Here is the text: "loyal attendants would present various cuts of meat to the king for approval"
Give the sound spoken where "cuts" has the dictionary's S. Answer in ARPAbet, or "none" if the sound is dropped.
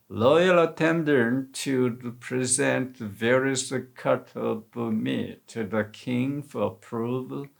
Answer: none